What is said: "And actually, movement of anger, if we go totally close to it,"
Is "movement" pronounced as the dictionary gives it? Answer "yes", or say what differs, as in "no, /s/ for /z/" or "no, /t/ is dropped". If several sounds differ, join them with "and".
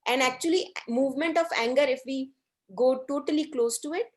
yes